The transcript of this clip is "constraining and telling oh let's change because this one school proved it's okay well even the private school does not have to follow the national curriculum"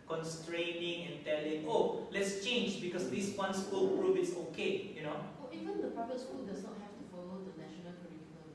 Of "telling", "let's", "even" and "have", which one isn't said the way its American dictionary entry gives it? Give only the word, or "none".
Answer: have